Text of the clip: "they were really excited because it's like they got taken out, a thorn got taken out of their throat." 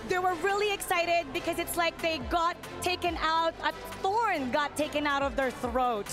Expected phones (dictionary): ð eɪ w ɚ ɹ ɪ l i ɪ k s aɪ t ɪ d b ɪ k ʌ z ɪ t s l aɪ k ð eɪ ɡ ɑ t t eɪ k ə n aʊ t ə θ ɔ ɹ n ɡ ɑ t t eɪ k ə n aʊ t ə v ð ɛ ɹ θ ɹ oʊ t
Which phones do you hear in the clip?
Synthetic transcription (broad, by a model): ð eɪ w ɚ ɹ ɪ l i ɪ k s aɪ t ɪ d b ɪ k ʌ z ɪ t s l aɪ k ð eɪ ɡ ɑ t t eɪ k ə n aʊ t ə θ ɔ ɹ n ɡ ɑ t t eɪ k ə n aʊ t ə v ð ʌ ɹ θ ɹ oʊ t